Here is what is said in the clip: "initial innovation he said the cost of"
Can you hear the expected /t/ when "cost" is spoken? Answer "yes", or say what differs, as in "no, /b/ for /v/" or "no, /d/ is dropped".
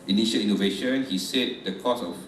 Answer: no, /t/ is dropped